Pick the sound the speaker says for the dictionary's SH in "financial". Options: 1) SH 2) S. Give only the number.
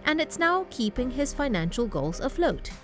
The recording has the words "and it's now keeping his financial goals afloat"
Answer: 1